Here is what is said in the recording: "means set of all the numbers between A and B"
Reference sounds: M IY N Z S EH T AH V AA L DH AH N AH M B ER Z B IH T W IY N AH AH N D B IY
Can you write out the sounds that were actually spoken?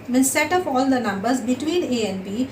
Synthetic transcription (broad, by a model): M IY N S EH T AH P AA L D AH N AH M B ER Z B IH T W IY N AH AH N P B IY